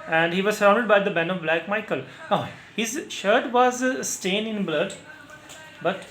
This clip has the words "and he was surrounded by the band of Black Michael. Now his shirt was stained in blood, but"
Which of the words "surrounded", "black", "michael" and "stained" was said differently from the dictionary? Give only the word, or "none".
stained